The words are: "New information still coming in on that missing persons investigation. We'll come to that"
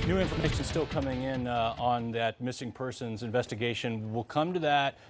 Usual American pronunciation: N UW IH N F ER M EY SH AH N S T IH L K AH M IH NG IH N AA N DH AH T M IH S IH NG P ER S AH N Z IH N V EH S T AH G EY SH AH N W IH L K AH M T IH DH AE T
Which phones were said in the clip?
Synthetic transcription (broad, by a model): N UW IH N F ER M EY SH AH N S T IH L K AH M IH NG IH N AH N DH AH T M IH S IH NG P ER S AH N Z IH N V EH S T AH G EY SH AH N W IH L K AH M T IH DH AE T